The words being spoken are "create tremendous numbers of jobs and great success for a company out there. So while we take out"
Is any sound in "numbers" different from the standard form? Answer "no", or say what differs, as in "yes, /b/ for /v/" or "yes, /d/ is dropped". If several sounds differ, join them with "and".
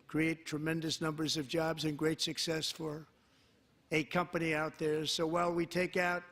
no